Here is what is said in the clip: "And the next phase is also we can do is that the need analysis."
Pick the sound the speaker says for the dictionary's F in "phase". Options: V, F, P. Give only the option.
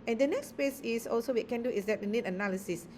P